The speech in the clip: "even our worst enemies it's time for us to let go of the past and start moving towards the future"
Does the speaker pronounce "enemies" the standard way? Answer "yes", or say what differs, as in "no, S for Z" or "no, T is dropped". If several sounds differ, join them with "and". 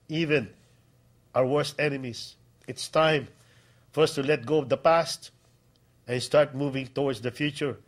no, S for Z